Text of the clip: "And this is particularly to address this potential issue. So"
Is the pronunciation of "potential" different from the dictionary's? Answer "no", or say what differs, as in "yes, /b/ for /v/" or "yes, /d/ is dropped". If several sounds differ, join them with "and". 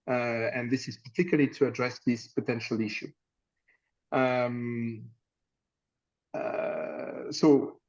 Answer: no